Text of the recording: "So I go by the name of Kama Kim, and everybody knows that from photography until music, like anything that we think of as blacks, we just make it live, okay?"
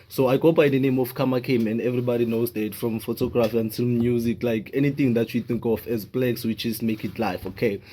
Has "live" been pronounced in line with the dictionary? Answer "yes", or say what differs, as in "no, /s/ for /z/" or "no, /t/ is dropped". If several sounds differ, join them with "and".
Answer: no, /f/ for /v/